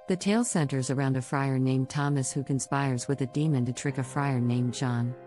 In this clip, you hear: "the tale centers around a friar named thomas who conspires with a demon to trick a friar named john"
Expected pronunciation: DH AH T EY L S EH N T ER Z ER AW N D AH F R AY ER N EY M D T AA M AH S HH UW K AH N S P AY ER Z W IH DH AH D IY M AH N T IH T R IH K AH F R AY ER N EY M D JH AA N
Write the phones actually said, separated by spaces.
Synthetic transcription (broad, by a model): DH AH T EY L S EH N T ER Z ER AW N D AH F R AY ER N EY M T AA M AH S HH UW K AH N S P AY ER Z W IH DH AH D IY M AH N T IH T R IH K AH F R AY ER N EY M JH AA N